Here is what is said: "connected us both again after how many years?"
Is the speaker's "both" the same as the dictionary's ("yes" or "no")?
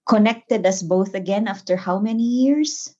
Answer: yes